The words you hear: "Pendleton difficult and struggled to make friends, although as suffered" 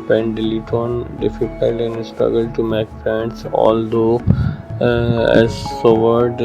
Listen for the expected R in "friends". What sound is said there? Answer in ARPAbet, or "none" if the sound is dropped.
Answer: none